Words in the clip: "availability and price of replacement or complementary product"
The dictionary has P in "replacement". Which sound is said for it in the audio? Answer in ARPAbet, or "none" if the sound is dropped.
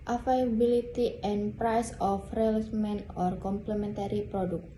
none